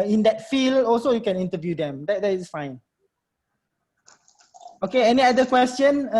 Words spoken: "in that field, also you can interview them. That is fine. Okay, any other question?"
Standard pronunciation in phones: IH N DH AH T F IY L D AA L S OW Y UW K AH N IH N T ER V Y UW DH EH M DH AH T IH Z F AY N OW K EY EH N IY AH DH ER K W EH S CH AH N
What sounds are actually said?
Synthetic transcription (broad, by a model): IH N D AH T F IY L AA L S OW Y UW K AH N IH N T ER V Y UW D EH M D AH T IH S F AY N OW K EY EH N IY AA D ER K W EH S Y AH N